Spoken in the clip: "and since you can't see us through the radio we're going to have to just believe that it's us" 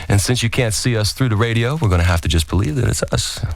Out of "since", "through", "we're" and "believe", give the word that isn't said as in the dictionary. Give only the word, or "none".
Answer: none